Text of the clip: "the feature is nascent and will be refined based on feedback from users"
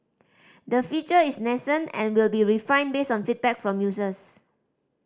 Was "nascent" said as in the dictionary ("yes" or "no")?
no